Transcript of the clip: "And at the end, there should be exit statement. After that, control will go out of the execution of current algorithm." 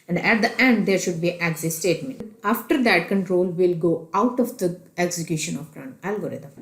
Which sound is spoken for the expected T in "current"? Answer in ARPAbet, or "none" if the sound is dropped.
none